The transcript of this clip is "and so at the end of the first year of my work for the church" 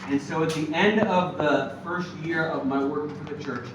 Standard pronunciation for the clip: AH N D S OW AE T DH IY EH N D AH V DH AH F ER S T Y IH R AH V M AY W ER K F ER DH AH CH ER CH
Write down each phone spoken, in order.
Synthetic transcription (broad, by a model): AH N S OW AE T DH IY EH N D AH V DH AH F ER S T Y IH R AH V M AY W ER K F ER DH AH CH ER CH